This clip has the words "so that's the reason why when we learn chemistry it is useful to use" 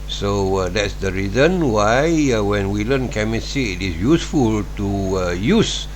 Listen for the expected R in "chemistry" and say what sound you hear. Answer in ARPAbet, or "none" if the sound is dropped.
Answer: none